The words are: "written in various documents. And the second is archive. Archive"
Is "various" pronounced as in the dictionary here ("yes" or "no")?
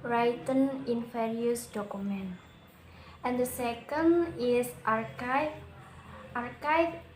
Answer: no